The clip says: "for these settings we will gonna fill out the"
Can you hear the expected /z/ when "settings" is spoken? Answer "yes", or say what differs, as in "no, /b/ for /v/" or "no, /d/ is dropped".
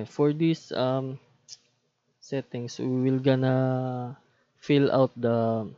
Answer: no, /s/ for /z/